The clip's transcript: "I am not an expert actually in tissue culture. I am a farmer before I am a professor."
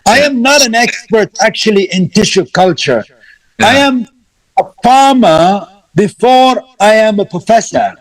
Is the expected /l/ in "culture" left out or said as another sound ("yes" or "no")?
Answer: no